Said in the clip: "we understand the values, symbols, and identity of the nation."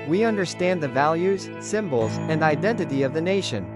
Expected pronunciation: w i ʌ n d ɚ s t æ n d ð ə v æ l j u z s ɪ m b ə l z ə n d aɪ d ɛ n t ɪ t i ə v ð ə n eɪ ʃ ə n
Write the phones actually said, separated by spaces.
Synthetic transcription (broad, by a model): w i ʌ n d ɚ s t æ n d ð ə v æ l j u z s ɪ m b l z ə n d aɪ d ɛ n t ɪ t i ə v ð ə n eɪ ʃ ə n